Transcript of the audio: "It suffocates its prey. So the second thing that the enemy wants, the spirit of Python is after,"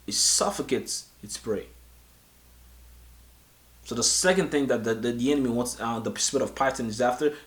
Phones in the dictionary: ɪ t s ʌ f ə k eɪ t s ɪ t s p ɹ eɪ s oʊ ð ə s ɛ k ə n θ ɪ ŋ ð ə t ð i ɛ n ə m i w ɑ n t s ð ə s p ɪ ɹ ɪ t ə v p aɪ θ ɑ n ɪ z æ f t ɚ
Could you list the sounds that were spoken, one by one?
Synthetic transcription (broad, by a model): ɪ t s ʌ f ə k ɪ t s ɪ t s p ɹ eɪ s oʊ ð ə s ɛ k ə n θ ɪ ŋ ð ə t ð i ɛ n ə m i w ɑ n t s ð ə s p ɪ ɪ t ə v p aɪ t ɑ n ɪ z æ f t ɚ